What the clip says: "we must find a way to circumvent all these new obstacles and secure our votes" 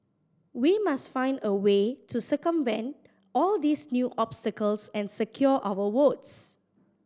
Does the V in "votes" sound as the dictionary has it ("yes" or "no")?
no